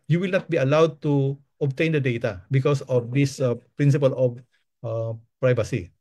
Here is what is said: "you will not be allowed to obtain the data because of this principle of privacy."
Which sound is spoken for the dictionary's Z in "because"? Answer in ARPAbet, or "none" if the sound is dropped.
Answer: S